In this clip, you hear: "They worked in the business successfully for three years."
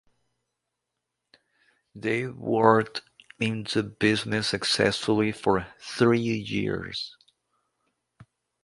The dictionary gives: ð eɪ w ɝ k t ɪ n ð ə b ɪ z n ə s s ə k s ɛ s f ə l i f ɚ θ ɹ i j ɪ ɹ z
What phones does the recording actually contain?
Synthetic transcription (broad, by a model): ð eɪ w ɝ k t ɪ n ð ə b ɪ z n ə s s ə k s ɛ s f ə l i f ɚ θ ɹ i j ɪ ɹ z